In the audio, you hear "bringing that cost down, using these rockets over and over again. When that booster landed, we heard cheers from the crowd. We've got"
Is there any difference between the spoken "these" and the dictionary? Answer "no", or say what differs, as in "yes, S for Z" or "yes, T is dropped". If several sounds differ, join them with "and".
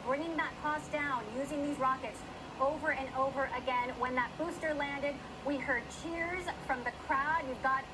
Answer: no